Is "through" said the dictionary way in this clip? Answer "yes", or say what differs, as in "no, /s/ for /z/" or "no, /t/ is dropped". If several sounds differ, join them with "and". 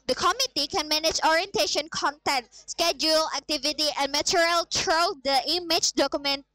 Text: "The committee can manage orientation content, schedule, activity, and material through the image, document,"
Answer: no, /t/ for /θ/